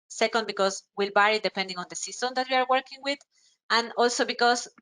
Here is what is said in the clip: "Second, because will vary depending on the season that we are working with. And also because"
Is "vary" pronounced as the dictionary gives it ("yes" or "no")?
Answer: no